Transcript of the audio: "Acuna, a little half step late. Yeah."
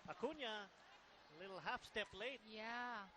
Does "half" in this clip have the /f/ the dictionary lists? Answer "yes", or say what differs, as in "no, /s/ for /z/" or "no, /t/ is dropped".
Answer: yes